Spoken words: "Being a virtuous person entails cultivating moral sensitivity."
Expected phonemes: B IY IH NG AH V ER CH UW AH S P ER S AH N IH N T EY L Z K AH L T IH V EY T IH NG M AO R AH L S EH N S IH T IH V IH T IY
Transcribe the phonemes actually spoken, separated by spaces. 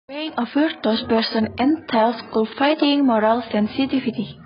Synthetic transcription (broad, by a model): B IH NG AH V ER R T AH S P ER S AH N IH N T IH L S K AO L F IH IH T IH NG M AO R AH L S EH N S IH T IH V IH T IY